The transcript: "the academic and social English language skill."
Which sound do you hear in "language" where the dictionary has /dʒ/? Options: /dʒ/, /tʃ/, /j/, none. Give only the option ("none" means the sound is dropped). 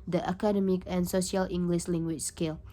/tʃ/